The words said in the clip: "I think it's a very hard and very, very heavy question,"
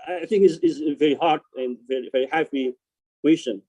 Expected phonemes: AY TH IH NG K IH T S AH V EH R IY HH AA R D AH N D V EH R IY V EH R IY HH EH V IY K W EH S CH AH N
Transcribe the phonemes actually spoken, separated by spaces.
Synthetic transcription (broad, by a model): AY TH IH NG K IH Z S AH V EH R IY HH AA R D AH N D V EH R IY V EH R IY HH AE P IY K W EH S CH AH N